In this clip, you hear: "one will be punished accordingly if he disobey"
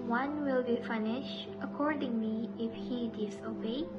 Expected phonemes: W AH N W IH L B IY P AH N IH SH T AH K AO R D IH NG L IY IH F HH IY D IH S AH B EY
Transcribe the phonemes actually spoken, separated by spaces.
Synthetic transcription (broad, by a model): W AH N W IH L B IY F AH N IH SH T AH K AO R D IH NG L IY IH F HH IY D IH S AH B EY